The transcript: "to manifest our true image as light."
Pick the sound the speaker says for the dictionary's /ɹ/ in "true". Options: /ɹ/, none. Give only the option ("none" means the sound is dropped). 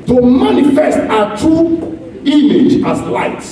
none